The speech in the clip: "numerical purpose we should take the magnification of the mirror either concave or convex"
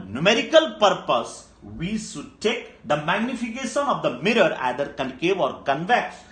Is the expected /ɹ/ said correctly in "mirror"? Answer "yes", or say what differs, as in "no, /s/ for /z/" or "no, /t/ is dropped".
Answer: yes